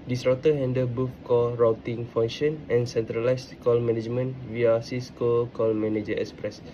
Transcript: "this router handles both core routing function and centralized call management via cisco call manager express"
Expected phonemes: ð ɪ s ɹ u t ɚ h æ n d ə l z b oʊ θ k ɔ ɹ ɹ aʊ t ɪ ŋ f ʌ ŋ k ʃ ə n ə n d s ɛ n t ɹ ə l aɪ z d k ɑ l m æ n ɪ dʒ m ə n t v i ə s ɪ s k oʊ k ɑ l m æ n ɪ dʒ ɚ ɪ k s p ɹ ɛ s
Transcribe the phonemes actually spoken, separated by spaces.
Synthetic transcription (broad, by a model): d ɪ s ɹ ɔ t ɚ h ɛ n d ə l b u f k ɔ l ɹ aʊ t ɪ ŋ f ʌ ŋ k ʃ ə n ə n s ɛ n t ɹ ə l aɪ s k ɑ l m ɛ n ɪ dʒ m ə n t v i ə s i s k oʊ k ɑ l m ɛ n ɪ dʒ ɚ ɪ k s p ɹ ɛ s